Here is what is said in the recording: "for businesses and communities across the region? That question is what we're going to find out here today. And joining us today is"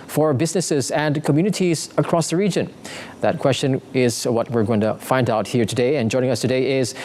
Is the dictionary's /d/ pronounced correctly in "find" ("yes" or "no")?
yes